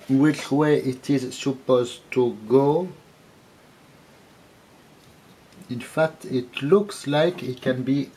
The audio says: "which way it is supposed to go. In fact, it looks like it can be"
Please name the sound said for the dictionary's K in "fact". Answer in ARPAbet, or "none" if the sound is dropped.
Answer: K